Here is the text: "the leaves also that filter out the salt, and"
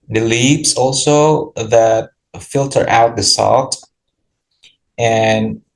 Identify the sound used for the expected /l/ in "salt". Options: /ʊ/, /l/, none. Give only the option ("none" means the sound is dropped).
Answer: /l/